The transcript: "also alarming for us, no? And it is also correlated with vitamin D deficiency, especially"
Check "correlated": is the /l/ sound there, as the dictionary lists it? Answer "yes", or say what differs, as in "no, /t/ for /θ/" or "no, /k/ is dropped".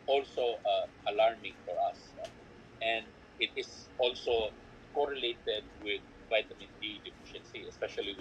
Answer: yes